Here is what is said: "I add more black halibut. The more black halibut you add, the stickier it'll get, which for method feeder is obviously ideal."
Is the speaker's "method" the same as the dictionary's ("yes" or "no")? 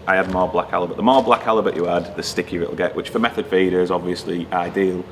yes